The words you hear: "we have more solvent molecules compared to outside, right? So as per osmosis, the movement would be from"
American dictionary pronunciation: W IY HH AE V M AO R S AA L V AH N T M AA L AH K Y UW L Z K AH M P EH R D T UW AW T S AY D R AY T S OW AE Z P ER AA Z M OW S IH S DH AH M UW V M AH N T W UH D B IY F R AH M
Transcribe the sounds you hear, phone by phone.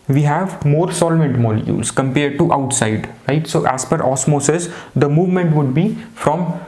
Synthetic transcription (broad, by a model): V IY HH AE V M AO R S AA L V AH N T M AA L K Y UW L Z K AH M P EH R D T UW AW T S AY D R AY T S OW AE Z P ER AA S M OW S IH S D AH M UW V M AH N T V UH D B IY F R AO M